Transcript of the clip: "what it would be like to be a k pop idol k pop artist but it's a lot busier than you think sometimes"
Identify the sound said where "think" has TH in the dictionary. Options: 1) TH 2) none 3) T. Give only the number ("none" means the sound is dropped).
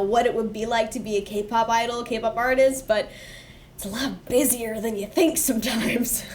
1